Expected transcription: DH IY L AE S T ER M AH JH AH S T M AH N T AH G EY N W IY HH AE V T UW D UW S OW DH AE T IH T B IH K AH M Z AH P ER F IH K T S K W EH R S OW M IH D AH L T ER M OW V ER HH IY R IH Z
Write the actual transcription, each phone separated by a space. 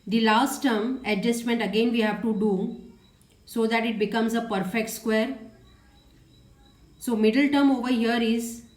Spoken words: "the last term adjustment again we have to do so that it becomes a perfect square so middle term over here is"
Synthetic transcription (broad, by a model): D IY L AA S T ER M AH JH AH S T M AH N T AH G EY N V IY HH AE V T UW D UW S OW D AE T IH T B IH K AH M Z AH P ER F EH K T S K W EH R S OW M IH D AH L T ER M OW V ER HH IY R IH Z